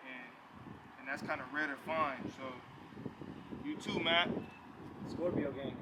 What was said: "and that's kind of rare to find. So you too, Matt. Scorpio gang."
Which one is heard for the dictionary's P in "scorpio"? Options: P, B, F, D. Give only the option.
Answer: B